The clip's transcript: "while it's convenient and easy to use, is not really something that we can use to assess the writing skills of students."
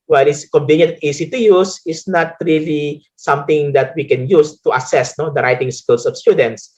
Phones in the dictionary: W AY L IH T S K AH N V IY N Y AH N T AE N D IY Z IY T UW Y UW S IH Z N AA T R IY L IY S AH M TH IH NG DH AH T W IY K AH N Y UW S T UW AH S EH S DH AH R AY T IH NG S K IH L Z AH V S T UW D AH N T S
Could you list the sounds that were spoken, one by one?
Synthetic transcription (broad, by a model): W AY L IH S K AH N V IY N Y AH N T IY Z IY T UW Y UW S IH S N AA T R IY L IY S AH M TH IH NG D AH T W IY K AH N Y UW S T UW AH S EH S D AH R AY T IH NG S K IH L S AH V S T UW D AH N T S